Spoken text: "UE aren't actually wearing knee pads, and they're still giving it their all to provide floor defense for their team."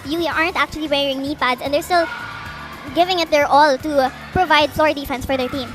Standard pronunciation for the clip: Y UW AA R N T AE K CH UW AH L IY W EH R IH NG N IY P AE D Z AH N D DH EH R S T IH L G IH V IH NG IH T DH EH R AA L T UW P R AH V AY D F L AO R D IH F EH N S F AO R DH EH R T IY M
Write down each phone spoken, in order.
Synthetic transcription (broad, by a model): Y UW AA R N T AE K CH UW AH L IY W EH R IH NG N IY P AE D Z AH N D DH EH R S T IH L G IH V IH NG IH T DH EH R AA L T UW P R AH V AY D F L AO R D IH F EH N S F AO R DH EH R T IY M